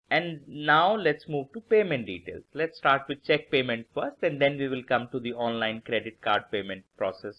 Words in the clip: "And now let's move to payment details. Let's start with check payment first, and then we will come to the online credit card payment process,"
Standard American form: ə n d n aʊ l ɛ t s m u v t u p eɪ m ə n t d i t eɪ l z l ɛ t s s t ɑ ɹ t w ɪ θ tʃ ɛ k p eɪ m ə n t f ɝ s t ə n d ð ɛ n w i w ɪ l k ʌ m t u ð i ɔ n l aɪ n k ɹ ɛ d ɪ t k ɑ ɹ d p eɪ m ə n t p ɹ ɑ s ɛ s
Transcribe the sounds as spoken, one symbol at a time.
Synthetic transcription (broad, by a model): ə n d n aʊ l ɛ t s m u v t u p eɪ m ə n t d i t eɪ l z l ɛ t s s t ɑ ɹ t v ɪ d tʃ ɛ k p eɪ m ə n t f ɝ s t ə n d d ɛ n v i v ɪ l k ʌ m t u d i ɔ n l aɪ n k ɹ ɛ d ɪ t k ɑ ɹ d p eɪ m ə n t p ɹ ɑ s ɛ s